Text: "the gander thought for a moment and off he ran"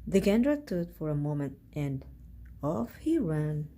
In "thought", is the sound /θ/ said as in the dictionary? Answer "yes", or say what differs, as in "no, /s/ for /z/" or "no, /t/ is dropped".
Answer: no, /t/ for /θ/